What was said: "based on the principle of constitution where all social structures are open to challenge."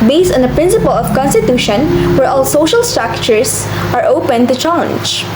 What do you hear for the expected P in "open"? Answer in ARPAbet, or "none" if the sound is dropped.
P